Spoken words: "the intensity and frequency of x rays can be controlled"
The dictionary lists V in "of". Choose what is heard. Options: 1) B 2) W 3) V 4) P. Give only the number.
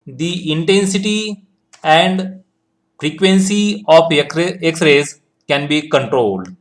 4